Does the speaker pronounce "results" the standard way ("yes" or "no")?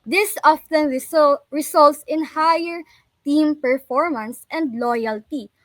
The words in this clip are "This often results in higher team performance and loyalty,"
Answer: no